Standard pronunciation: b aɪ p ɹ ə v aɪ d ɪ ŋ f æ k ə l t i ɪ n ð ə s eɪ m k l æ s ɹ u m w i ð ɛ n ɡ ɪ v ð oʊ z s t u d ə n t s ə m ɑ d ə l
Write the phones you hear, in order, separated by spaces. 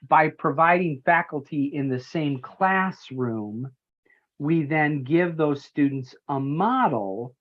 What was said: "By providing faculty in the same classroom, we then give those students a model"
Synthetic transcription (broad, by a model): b aɪ p ɹ ə v aɪ d ɪ ŋ f æ k l t i ɪ n ð ə s eɪ m k l æ s ɹ u m w i ð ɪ n ɡ ɪ v ð oʊ z s t u d n t s ə m ɑ d l